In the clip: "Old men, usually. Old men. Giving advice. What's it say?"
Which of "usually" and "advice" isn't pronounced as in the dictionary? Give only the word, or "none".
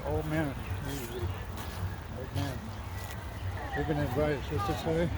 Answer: usually